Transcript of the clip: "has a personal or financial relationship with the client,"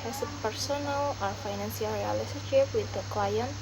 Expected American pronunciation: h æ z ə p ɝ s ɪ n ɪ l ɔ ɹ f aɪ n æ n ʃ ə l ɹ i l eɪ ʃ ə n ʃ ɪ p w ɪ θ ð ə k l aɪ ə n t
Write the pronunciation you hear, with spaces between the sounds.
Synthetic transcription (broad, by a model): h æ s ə p ɝ s ɪ n ɪ l ɔ ɹ f aɪ n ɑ n s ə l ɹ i l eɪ s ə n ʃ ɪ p w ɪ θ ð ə k l aɪ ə n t